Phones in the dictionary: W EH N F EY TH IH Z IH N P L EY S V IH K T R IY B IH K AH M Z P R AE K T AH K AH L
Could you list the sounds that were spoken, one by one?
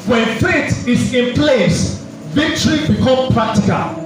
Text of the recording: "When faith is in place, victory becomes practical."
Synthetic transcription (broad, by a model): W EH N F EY T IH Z IH N P L EY S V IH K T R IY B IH K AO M P R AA K T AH K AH L